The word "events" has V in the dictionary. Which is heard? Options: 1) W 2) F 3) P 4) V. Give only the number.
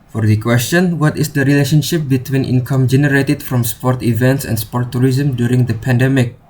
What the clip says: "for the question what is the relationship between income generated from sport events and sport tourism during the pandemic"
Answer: 4